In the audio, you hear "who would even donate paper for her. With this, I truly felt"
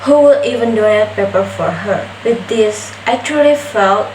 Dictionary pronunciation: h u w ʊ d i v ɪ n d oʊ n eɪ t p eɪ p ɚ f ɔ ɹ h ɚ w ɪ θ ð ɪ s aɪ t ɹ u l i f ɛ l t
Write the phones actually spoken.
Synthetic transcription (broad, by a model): h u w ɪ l i v ɪ n d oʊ eɪ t p eɪ p ɚ f ɔ ɹ h ɚ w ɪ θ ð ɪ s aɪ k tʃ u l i f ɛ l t